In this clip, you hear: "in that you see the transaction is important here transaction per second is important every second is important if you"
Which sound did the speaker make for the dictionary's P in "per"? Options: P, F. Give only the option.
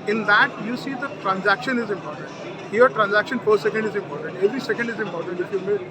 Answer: F